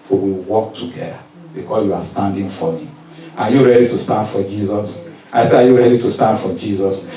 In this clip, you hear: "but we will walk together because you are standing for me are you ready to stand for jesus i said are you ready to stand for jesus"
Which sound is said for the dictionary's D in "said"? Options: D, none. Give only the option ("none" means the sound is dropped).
none